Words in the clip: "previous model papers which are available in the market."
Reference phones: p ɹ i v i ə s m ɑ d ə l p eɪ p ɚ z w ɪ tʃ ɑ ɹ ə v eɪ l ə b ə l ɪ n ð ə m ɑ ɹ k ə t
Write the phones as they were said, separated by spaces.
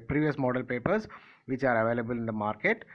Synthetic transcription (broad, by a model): p ɹ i v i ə s m ɑ d ə l p eɪ p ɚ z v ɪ tʃ ɑ ɹ ə v eɪ l ə b ə l ɪ n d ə m ɑ ɹ k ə t